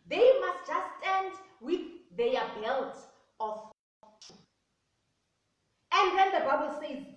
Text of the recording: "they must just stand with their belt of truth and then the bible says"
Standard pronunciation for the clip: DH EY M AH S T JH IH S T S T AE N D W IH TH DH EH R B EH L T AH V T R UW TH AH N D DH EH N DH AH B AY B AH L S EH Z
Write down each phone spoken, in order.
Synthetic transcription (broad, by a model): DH EY M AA S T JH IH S S T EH N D W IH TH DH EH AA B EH L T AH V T UW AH N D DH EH N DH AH B AY B AH L S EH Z